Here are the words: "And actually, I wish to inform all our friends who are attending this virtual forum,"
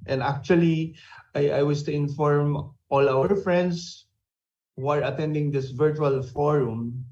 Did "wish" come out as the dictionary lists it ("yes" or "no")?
no